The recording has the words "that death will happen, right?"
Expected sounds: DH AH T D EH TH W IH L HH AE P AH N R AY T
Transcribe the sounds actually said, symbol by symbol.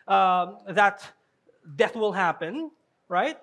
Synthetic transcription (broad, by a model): DH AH T D EH TH W IH L HH AE P AH N R AY T